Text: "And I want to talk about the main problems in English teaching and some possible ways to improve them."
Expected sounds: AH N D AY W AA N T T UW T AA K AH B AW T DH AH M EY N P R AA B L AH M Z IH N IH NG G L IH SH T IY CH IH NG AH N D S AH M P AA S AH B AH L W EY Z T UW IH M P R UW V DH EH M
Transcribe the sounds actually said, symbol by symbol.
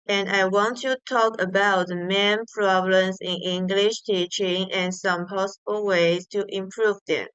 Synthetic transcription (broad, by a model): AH N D AY W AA N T T UW T AA K AH B AW T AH M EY N P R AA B L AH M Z IH N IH NG G L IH SH T IY CH IH NG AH N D S AH M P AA S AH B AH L W EY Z T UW IH M P R UW V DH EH M